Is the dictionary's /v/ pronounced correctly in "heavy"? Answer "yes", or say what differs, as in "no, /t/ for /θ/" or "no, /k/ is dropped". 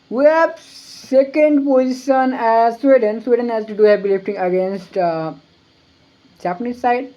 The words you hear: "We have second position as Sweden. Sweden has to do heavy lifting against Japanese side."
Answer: no, /p/ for /v/